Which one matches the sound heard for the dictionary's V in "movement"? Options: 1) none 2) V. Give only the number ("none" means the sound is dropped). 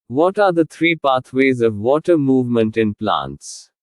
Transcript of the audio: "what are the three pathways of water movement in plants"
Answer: 2